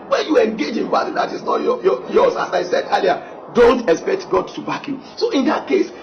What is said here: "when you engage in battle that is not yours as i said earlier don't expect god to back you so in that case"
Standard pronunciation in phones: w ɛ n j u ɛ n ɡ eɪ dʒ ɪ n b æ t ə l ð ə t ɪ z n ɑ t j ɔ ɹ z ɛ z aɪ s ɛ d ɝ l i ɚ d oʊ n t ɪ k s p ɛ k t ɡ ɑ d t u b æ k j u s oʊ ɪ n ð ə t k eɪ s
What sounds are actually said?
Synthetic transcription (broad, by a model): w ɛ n j u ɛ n ɡ eɪ dʒ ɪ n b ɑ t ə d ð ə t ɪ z n ɑ t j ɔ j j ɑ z aɪ s ɛ d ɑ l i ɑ d oʊ n t ɪ k s p ɛ k t ɡ ɑ d t u b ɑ k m s oʊ ɪ n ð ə t k eɪ s